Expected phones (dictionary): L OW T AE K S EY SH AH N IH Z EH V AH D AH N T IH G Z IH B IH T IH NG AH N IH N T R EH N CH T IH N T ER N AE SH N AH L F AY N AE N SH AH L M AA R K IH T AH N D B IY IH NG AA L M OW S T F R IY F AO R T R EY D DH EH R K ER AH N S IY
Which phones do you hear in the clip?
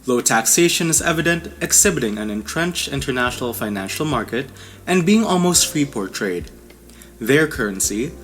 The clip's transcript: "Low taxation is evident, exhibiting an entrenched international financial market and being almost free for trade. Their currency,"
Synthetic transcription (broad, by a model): L OW T AE K S EY SH AH N IH Z EH V AH D AH N T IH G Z IH B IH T IH NG AH N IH N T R EH N CH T IH N T ER N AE SH N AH L F AY N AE N SH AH L M AA R K IH T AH N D B IY IH NG AA L M OW S T F R IY P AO R T R EY D DH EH R K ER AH N S IY